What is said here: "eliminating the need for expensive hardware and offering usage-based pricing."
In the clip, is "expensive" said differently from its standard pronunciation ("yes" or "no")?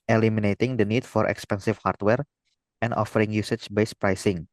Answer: yes